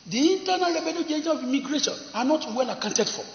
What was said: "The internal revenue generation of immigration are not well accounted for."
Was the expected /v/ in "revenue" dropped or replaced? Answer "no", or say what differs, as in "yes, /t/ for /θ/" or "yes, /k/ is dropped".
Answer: yes, /b/ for /v/